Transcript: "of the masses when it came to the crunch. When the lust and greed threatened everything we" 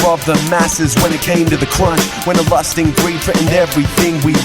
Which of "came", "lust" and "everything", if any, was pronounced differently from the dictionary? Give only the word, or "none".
none